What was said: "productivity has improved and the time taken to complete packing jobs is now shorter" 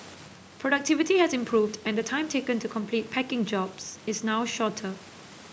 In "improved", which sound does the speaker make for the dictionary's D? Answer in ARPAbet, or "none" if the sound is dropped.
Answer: D